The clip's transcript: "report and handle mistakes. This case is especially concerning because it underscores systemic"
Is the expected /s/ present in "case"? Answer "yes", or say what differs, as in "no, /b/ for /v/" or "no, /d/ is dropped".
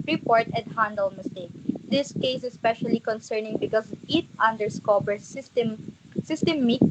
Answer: no, /s/ is dropped